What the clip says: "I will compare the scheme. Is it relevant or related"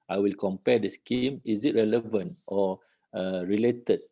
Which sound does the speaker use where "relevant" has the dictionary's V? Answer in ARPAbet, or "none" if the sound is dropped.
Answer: V